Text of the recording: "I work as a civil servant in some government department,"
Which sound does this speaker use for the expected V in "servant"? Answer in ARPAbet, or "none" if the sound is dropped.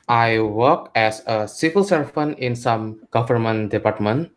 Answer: F